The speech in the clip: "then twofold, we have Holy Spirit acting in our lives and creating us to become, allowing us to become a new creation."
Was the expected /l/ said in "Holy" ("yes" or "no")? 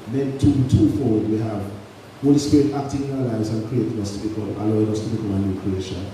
yes